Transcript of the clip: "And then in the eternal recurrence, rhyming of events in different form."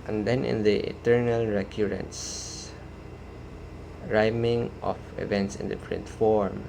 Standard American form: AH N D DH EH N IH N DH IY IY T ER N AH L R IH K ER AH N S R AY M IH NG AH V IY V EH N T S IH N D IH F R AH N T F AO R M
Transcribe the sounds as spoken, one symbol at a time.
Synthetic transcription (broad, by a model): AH N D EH N IH N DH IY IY T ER N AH L R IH K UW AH N S R AY M IH NG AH F IY V EH N T S IH N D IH P R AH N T F AO R M